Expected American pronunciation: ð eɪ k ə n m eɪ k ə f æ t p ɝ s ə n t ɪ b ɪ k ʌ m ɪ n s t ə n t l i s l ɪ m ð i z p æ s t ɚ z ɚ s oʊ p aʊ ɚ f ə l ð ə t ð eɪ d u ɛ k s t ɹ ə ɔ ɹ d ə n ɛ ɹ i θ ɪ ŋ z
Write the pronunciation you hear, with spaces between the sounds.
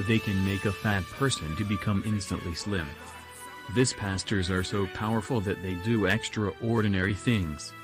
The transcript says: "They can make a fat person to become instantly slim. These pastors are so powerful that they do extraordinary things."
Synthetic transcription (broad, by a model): ð eɪ k ə n m eɪ k ə f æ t p ɝ s ə n t ɪ b ɪ k ʌ m ɪ n s t ə n t l i s l ɪ m ð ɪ s p æ s t ɚ z ɚ s oʊ p aʊ ɚ f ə l ð ə t ð eɪ d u ɛ k s t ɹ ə ɔ ɹ d n ɛ ɹ i θ ɪ ŋ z